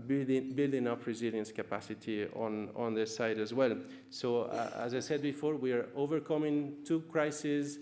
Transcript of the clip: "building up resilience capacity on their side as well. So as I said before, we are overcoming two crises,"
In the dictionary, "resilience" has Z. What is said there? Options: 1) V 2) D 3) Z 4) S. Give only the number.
3